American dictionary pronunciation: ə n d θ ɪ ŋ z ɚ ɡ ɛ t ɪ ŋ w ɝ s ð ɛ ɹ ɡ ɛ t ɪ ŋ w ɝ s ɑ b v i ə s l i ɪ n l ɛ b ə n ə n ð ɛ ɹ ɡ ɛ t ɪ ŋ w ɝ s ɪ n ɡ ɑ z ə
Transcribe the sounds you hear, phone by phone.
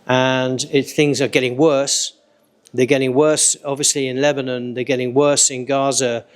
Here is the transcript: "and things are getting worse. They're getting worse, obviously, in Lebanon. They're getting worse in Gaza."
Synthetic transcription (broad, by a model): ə n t θ ɪ ŋ z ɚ ɡ ɛ t ɪ ŋ w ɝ s ð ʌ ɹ ɡ ɛ t ɪ ŋ w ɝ s ɑ b v i ə s l i ɪ n l ɛ b ə n ə n ð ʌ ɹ ɡ ɛ t ɪ ŋ w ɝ s ɪ n ɡ ɑ z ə